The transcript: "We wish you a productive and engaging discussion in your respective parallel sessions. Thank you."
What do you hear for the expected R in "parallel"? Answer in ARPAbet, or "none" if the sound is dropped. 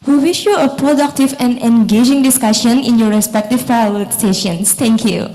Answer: none